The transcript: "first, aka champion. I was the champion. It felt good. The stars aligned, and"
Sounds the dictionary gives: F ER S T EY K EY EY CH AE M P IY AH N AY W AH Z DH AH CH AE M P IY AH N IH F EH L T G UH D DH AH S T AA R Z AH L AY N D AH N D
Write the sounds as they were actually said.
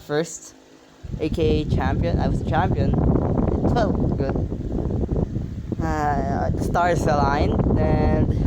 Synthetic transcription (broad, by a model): F ER S T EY K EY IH CH AE M P IY AH N AY W AH Z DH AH CH AE M P IY AH N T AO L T G UH D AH S T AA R S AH L AY N AH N